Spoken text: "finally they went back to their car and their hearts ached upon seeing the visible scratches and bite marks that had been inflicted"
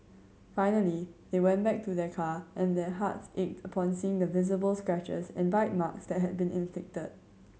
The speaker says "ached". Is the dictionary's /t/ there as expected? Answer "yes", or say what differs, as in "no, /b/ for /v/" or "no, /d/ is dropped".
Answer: yes